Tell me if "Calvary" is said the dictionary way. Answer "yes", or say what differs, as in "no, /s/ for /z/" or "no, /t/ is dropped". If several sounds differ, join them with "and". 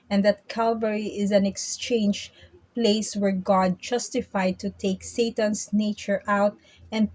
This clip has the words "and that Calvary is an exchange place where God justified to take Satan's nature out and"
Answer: yes